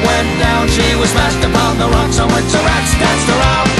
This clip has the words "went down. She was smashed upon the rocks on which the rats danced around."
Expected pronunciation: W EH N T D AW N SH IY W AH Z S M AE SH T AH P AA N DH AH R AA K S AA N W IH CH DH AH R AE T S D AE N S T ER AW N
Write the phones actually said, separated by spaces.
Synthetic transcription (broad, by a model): W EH N D AW N SH IY W AH Z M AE S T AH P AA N DH AH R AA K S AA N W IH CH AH R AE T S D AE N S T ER AW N